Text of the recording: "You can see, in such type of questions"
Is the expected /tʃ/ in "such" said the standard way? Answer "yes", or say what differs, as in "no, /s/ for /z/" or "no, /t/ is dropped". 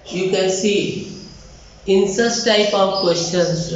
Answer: no, /s/ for /tʃ/